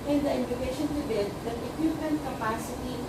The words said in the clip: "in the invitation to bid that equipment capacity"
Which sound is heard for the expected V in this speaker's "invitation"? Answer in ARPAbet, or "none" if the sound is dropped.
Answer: none